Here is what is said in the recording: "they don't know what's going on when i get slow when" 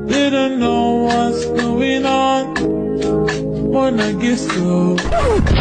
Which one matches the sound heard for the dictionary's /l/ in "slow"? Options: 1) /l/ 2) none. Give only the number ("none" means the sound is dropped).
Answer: 2